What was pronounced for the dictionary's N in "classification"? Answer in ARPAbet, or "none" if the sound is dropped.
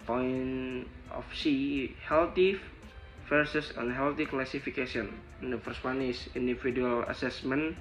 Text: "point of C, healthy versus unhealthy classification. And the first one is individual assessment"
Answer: none